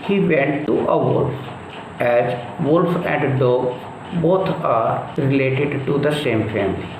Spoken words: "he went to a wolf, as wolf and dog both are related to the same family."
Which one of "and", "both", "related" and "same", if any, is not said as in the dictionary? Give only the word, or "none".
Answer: both